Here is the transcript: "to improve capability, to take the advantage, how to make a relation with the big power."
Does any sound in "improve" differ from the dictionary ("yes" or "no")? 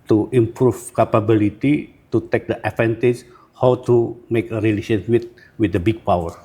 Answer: yes